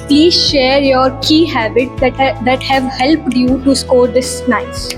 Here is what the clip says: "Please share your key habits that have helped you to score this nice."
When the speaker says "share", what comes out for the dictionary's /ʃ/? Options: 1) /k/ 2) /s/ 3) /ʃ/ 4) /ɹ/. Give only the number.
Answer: 3